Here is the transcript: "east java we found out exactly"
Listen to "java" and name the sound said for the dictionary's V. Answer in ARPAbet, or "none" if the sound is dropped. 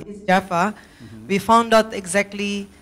F